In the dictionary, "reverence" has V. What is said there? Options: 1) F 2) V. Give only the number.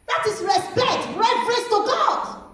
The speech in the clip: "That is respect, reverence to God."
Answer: 1